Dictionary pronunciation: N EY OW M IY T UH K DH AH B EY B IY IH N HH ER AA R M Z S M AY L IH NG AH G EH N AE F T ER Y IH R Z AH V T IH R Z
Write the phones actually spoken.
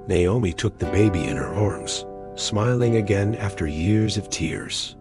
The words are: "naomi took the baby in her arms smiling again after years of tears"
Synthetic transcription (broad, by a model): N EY OW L IY T UH K DH AH B EY B IY IH N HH ER AA R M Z S M AY L IH NG AH G EH N AE F T ER Y IH R Z AH V T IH R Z